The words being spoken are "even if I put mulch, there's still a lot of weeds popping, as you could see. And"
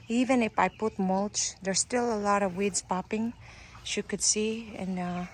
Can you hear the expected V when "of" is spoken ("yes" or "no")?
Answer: yes